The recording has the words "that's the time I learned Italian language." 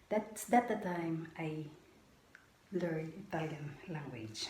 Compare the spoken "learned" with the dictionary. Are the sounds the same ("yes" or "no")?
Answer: no